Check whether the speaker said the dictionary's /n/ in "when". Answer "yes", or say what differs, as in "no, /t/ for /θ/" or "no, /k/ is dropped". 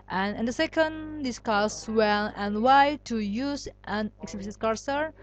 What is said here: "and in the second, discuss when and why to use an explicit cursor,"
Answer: no, /l/ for /n/